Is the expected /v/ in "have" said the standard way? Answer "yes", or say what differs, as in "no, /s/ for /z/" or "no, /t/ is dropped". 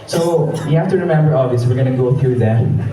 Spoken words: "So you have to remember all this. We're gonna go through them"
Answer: no, /f/ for /v/